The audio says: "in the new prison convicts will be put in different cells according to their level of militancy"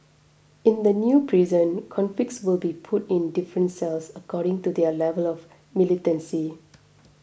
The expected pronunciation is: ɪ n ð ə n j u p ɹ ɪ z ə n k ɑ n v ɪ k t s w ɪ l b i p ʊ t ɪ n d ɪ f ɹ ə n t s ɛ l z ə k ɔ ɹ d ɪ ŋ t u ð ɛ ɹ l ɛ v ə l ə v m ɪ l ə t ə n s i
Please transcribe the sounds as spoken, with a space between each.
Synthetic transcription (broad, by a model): ɪ n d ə n j u p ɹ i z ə n k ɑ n f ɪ k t s w ɪ l b i p ʊ t ɪ n d ɪ f ɹ ə n t s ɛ l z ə k ɔ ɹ d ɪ ŋ t u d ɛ l ɛ v ə l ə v m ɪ l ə t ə n s i